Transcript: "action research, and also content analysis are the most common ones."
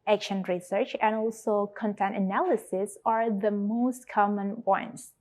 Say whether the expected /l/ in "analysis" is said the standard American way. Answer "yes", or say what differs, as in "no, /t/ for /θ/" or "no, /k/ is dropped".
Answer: yes